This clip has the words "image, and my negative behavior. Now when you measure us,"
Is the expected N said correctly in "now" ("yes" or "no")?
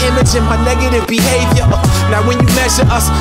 no